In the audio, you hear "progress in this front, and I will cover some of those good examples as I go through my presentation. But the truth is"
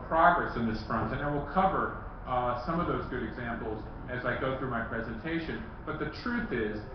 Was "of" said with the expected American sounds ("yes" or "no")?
yes